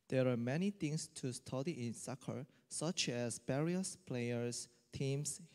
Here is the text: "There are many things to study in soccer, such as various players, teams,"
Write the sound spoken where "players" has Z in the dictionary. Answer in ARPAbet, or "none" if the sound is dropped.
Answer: S